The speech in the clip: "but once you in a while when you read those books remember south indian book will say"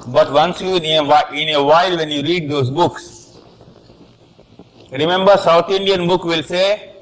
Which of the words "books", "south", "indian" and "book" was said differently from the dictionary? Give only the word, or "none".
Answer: south